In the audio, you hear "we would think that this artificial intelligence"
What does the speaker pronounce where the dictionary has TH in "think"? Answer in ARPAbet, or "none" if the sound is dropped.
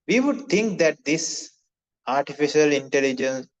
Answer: T